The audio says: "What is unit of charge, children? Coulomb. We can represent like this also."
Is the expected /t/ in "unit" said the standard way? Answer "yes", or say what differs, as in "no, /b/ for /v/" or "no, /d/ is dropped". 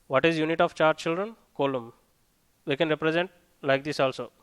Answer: yes